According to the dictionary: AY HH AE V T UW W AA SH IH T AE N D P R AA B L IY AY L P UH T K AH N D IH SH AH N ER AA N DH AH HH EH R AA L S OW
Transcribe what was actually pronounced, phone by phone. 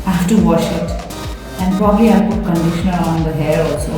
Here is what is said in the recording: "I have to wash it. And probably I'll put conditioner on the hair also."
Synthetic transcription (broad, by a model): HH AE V T UW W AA SH IH T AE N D P R AA B L IY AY P UH T K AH N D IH SH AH N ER AA N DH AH HH EH R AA L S OW